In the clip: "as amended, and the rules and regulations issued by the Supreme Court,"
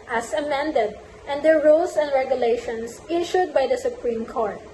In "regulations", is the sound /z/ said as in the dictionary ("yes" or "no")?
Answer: no